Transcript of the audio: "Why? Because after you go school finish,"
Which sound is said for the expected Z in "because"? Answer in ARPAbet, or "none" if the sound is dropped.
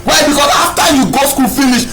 S